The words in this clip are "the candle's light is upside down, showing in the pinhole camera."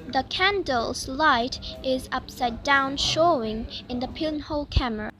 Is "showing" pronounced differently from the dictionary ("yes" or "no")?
no